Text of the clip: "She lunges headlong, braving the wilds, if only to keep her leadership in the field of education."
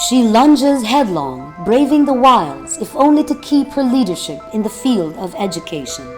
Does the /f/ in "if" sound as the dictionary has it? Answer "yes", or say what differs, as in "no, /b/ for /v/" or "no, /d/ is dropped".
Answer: yes